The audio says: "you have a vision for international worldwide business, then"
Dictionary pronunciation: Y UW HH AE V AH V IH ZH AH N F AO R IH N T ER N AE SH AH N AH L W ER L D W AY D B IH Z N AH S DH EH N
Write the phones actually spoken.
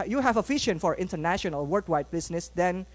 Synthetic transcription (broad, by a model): Y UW HH AE V AH F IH SH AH N F AO R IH N T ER N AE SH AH N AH L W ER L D W AY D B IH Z N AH S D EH N